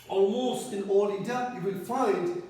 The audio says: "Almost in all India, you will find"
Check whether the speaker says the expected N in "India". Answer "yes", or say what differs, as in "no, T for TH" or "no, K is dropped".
no, N is dropped